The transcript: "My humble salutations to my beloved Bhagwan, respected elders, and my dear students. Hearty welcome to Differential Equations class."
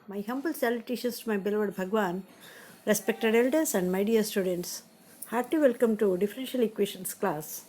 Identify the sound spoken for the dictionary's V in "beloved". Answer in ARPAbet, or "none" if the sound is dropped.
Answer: V